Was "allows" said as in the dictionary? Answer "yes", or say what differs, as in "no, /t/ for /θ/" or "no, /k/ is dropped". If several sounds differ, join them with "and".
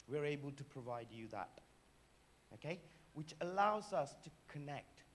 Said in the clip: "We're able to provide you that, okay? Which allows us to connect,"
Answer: yes